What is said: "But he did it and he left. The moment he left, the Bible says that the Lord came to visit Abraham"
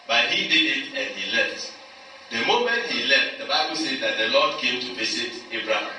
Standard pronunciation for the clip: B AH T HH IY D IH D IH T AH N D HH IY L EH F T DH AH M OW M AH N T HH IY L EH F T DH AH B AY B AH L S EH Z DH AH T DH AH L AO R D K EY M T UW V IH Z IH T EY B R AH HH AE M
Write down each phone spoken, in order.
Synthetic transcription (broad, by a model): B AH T HH IY D IH D IH T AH N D HH IY L EH F T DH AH M OW M AH N T HH IY L EH F T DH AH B AY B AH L S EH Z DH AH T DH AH L AO D K EY M T UW P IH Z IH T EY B R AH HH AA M